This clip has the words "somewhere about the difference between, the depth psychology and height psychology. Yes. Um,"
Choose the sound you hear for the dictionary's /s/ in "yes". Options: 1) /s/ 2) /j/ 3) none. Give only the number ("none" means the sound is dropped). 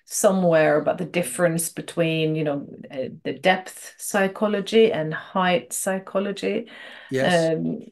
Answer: 3